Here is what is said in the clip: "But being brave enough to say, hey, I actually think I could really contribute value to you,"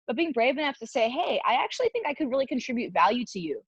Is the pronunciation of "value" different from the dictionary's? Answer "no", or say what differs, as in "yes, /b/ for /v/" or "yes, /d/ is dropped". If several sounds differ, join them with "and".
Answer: no